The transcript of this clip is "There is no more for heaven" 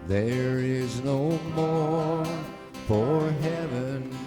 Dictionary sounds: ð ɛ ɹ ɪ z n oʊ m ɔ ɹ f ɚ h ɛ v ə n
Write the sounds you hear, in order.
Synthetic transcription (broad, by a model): ð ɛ ɹ ɪ z n oʊ m ɔ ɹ f ɚ h ɛ v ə n